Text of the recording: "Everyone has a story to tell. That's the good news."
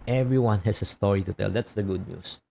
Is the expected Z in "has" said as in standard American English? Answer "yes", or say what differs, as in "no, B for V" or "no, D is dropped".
no, S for Z